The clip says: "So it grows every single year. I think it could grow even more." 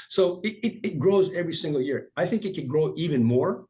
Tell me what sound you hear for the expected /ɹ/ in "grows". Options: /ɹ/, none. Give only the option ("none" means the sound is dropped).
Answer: /ɹ/